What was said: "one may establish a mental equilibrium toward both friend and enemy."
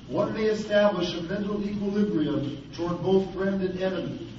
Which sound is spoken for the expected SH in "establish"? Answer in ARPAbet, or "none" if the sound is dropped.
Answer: SH